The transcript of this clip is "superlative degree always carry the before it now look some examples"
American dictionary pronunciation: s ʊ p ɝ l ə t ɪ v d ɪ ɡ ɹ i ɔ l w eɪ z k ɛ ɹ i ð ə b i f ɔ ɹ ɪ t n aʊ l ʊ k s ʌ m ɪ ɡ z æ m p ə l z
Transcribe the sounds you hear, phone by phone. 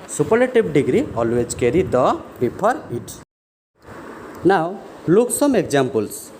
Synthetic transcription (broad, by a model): s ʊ p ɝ l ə t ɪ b d ɪ ɡ ɹ i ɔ l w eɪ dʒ k ɛ ɹ i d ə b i p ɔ ɹ ɪ t n aʊ l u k s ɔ m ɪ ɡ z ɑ m p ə l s